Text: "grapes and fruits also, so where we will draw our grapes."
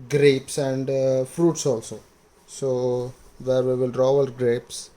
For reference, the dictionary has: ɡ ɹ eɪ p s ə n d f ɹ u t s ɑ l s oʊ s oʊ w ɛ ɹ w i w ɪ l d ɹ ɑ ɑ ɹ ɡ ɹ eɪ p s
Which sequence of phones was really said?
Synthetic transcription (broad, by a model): ɡ ɹ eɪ p s ə n d f ɹ u t s ɑ l s oʊ s oʊ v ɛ ɹ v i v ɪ l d ɹ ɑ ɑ l ɡ ɹ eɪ p s